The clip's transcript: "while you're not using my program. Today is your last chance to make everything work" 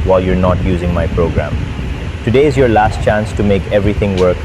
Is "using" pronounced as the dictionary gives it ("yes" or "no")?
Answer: yes